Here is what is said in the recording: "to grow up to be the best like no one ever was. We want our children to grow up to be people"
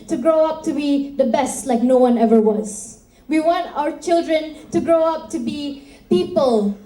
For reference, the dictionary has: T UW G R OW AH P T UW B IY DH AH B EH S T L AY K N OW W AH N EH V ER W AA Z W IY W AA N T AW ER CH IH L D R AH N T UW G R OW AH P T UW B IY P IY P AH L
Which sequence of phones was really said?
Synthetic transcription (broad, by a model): T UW G R OW AH P T UW B IY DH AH B EH S T L AY K N OW W AH N EH V ER W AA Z W IY W AA N T AW ER CH IH L D R AH N T UW G R OW AH P T UW B IY P IY P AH L